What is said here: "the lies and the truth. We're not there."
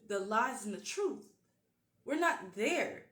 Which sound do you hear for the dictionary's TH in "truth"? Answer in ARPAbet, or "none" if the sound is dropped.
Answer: TH